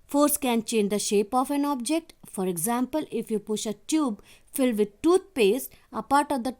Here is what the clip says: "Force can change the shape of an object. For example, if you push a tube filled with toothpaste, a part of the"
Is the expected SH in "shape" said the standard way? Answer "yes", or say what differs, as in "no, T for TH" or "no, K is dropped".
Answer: yes